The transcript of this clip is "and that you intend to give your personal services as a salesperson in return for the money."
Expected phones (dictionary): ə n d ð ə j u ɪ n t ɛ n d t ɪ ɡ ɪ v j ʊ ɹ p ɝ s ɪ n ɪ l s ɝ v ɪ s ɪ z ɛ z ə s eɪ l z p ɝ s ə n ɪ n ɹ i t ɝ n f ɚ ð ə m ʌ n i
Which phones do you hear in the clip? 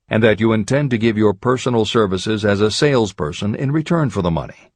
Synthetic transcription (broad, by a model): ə n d ð ə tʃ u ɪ n t ɛ n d t ɪ ɡ ɪ v j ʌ ɹ p ɝ s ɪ n l s ɝ v ɪ s ɪ z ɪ z ə s eɪ l z p ɝ s ə n ɪ n ɹ i t ɝ n f ɚ ð ə m ʌ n i